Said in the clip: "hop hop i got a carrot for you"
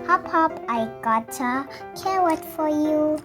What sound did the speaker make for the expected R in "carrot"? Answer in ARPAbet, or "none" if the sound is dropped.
W